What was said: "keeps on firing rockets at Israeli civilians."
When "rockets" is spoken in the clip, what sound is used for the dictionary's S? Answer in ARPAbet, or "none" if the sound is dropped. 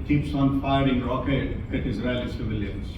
none